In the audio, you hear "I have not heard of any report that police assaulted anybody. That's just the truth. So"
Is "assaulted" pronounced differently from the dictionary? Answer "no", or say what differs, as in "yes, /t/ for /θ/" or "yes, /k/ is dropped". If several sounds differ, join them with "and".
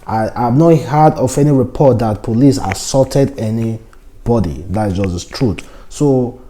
yes, /l/ is dropped